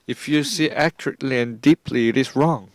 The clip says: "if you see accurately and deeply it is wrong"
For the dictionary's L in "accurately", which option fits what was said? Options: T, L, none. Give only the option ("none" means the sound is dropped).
L